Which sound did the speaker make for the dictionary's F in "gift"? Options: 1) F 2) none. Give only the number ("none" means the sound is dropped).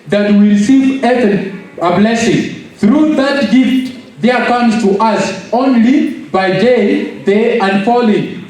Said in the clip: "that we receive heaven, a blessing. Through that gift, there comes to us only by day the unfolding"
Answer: 1